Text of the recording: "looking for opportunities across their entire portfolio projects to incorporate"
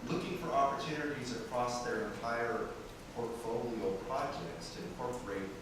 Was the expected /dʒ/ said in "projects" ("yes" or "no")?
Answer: yes